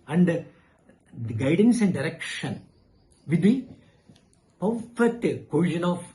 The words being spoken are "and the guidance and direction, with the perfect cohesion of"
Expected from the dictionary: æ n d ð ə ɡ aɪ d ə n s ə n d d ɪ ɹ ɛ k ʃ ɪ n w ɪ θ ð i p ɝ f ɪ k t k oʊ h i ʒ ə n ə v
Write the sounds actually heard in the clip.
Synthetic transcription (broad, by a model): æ n d ɡ aɪ d ə n s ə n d d ɪ ɹ ɛ k ʃ ɪ n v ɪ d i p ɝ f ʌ t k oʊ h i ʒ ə n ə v